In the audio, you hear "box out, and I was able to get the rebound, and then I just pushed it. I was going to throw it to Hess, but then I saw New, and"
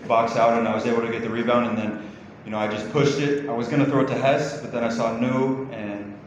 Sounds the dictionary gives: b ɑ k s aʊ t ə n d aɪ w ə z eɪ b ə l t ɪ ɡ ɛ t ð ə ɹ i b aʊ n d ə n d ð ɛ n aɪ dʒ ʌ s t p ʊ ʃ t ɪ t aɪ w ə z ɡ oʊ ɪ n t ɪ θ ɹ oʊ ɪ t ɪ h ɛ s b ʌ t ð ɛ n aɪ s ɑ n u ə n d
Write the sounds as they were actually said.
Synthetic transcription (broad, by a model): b ɑ k s aʊ t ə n aɪ w ə z eɪ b l t ɪ ɡ ɛ t ð ə ɹ i b aʊ n d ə n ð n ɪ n aɪ dʒ ʌ s p ʊ ʃ t ɪ t aɪ w ə z ɡ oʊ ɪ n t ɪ θ ɹ oʊ ɪ t ɪ h ɛ s b ʌ t ð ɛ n aɪ s ɑ n u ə n